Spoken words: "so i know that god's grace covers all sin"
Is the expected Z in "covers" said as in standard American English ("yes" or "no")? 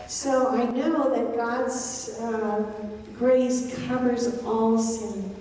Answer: yes